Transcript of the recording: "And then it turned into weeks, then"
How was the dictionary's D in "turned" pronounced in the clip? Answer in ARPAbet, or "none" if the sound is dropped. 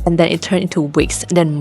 none